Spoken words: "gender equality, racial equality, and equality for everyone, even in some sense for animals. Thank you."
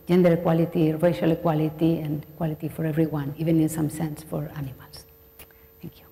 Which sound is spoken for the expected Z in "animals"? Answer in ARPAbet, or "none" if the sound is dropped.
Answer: S